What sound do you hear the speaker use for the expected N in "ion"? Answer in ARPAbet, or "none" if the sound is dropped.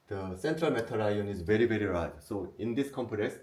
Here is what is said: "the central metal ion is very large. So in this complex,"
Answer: N